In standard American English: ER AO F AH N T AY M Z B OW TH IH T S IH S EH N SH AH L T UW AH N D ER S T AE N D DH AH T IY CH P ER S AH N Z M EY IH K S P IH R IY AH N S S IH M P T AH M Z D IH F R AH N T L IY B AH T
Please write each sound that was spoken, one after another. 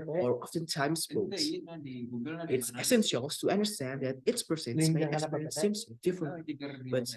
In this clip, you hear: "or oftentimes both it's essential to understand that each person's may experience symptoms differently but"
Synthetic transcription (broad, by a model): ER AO F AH N T AY M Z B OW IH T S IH S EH N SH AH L T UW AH N D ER S T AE N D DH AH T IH S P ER S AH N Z M EY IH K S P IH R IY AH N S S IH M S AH D IH F R AH N T L IY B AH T